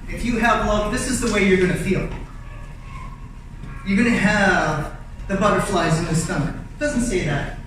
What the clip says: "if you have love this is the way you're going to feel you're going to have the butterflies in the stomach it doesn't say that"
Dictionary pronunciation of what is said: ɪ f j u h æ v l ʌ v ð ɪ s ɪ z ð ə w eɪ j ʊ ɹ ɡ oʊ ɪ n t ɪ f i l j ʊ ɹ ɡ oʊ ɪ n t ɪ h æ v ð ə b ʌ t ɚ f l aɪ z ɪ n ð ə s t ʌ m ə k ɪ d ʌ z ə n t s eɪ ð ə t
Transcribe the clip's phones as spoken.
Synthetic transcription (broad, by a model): ɪ f j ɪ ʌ v l ʌ v ð ɪ s ɪ z ð ə w eɪ j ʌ ɹ ɡ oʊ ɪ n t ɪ f i l j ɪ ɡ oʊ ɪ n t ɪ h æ v ð ə b ʌ t ɚ f l aɪ z ɪ n ð ə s s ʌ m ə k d ʌ z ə n t s eɪ ð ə t